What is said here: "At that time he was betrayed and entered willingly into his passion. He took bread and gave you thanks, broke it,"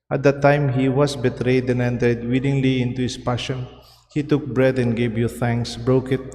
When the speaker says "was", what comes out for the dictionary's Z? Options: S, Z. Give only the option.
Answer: S